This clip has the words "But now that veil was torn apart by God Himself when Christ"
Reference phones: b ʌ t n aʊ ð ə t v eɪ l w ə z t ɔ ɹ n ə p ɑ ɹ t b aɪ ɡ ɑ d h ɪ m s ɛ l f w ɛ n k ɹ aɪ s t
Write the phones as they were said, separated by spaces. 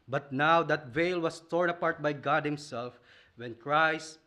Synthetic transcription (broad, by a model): b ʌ t n aʊ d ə t v eɪ l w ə s t ɔ ɹ n ə p ɑ ɹ t b aɪ ɡ ɑ d h ɪ m s ɛ l f w ɛ n k ɹ aɪ s t